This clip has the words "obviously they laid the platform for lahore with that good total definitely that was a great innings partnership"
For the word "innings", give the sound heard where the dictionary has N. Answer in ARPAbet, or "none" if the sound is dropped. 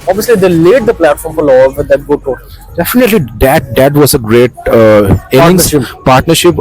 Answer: none